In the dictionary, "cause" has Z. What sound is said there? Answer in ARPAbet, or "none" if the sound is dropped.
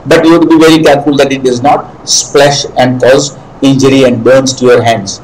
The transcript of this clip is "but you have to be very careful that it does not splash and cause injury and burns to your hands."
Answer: Z